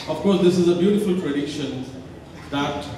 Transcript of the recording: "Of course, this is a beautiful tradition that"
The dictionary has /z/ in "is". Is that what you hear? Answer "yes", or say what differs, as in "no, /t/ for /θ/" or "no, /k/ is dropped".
yes